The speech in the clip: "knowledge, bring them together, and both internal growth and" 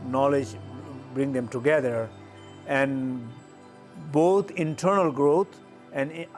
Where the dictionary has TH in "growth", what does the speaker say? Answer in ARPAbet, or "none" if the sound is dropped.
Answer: T